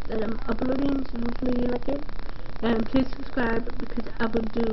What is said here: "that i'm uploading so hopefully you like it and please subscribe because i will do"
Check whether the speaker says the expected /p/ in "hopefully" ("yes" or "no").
no